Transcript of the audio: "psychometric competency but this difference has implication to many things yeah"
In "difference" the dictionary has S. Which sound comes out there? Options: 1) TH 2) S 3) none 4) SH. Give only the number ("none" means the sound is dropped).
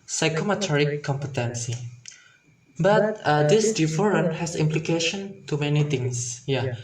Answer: 3